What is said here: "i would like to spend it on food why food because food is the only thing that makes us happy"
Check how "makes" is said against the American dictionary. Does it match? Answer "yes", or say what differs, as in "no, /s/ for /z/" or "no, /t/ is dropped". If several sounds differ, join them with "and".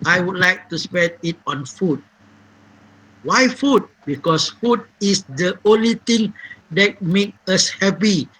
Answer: no, /s/ is dropped